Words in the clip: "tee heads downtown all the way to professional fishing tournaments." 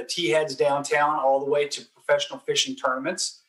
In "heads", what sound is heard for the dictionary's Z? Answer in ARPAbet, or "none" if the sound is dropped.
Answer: Z